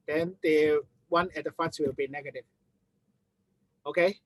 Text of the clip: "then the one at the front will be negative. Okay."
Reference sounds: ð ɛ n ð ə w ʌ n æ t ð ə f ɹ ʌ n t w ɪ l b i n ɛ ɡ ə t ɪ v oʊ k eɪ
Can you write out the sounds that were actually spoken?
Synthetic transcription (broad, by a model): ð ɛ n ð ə w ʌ n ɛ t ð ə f ʌ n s w ɪ l b i n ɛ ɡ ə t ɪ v oʊ k eɪ